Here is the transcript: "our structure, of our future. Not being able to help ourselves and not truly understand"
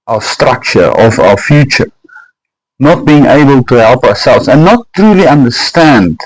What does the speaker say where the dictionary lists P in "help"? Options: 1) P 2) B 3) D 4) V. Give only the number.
1